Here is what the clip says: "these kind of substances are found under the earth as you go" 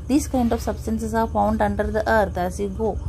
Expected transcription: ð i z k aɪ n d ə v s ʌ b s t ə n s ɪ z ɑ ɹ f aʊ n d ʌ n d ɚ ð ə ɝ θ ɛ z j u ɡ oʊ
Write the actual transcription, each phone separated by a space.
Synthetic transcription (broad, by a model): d i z k aɪ n d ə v s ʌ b s t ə n s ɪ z ɑ ɹ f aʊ n d ʌ n d ɚ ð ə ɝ t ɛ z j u ɡ oʊ